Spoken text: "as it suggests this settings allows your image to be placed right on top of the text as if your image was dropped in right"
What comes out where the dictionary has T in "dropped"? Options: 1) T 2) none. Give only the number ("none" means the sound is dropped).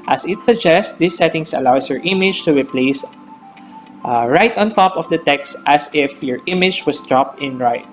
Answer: 1